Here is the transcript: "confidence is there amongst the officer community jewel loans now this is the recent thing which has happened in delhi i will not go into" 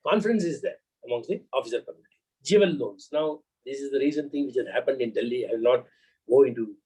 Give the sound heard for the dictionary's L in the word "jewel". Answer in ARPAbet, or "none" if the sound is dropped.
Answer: N